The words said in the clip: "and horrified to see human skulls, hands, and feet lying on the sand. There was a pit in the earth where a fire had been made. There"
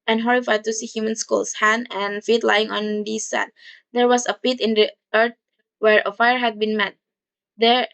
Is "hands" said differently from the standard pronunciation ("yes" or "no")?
yes